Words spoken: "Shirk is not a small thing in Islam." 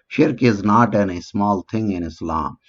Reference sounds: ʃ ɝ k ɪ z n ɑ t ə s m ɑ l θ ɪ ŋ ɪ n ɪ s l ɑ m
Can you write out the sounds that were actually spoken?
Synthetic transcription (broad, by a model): ʃ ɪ k ɪ z n ɑ t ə s m ɑ l t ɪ ŋ ɪ n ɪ s l ɑ m